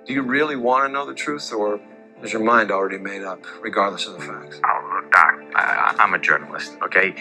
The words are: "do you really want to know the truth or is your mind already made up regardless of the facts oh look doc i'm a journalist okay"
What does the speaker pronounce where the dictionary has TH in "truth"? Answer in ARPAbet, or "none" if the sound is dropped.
TH